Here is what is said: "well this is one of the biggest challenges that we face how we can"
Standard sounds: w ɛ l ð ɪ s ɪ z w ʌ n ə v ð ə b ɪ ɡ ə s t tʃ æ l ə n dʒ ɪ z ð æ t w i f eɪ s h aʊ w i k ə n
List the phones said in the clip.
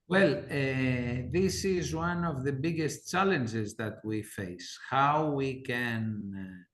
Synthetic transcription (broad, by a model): w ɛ l ð ɪ s ɪ z w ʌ n ə v ð ə b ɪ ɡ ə s t tʃ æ l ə n dʒ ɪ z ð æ t w i f eɪ s h aʊ w i k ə n